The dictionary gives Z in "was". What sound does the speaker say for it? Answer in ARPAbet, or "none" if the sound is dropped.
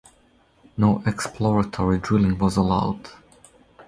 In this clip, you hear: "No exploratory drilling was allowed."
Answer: Z